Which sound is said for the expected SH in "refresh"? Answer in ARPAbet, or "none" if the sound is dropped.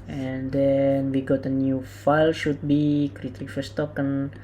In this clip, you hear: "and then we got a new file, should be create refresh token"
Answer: S